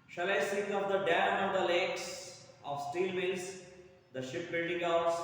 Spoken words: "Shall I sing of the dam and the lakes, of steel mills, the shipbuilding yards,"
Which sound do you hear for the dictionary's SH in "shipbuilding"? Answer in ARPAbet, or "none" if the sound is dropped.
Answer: SH